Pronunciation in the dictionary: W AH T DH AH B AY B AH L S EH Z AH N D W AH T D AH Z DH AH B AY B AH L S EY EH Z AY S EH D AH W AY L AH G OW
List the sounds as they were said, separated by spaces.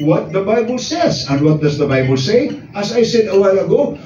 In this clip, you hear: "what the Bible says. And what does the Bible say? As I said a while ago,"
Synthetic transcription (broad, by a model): W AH T DH AH B AY B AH L S EH Z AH N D W AH T D AH Z DH AH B AY B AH L S EY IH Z AY S EH D AH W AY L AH G OW